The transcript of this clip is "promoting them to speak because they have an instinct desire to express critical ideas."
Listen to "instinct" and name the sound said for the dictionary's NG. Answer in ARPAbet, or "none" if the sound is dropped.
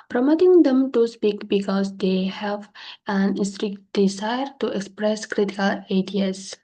none